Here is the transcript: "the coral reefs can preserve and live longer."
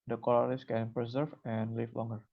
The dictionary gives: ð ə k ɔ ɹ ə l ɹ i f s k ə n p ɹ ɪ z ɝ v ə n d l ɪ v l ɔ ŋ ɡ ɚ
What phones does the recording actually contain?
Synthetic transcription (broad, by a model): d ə k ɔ l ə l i s k ə n p ɹ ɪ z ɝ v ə n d l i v l ɔ ŋ ɡ ɚ